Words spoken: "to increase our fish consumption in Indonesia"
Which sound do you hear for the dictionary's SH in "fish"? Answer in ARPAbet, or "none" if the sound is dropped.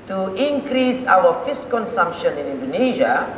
S